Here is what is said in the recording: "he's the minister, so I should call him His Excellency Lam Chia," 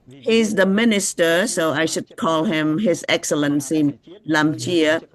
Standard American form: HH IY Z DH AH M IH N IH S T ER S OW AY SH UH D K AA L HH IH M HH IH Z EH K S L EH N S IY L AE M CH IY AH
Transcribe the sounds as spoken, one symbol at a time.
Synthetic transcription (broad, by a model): HH IY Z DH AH M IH N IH S T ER S OW AY SH UH D K AA L HH IH M HH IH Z EH K S L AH N S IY L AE M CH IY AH